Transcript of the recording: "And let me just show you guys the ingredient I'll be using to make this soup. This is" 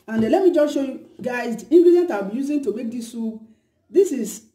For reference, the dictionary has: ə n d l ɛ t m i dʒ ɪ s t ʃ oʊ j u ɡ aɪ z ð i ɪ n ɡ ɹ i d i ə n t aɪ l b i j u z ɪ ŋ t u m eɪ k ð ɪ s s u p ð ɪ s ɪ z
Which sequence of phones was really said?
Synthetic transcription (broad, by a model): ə n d l ɛ t m i dʒ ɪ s ʃ oʊ j u ɡ aɪ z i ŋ ɡ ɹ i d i n t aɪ w b i j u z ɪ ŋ t u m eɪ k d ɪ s s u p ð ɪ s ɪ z